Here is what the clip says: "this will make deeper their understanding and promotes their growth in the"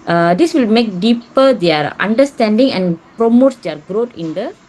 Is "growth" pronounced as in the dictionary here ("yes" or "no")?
no